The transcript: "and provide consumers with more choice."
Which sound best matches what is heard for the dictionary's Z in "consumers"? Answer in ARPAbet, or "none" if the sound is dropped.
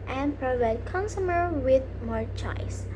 none